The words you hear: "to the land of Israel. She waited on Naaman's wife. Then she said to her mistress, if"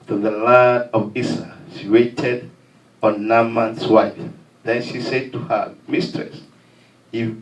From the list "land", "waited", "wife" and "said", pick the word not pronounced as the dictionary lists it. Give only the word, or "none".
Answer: land